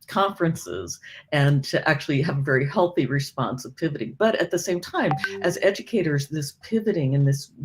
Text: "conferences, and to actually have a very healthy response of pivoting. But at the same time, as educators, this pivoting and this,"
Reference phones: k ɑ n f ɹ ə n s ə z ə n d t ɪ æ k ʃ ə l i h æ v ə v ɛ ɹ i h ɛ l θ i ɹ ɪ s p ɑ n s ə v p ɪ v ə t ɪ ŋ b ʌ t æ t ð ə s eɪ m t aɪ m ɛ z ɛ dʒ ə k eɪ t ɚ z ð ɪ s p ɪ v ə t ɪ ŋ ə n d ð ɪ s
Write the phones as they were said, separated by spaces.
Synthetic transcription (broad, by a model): k ɑ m f ɹ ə n s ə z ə n t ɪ æ k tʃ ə l i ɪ v ə v ɛ ɹ i h ɛ l θ i ɹ ɪ s p ɑ n s ə v p ɪ v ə t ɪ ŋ b ʌ t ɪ t ð ə s eɪ m t aɪ m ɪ z ɛ dʒ ə k eɪ t ɚ z ð ɪ s p ɪ v ə t ɪ ŋ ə n ð ɪ s